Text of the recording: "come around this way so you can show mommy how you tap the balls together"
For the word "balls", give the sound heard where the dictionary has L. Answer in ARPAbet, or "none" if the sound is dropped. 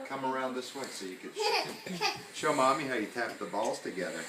L